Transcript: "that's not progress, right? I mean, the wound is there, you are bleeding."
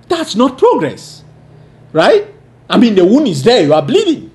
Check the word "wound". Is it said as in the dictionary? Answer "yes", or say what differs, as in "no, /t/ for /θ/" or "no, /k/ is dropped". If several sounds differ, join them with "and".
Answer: no, /d/ is dropped